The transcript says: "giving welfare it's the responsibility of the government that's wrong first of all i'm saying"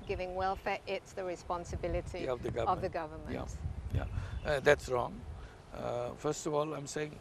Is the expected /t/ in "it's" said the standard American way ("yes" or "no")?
yes